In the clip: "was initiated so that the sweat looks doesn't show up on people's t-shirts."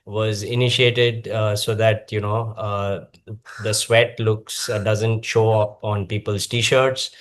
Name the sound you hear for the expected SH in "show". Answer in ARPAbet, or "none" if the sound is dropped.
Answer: SH